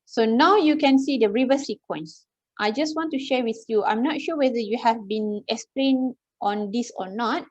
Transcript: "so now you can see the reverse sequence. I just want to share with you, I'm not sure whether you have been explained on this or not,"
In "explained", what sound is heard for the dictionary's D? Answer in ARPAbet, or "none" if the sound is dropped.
none